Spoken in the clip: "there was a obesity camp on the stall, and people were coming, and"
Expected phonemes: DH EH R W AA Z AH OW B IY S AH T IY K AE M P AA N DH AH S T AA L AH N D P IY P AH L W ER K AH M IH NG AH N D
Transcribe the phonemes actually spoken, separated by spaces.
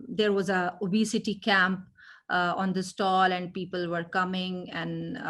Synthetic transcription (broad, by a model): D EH R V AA Z AH OW B IY S AH T IY K AE M P AA N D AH S T AA L AH N D P IY P AH L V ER K AH M IH NG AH N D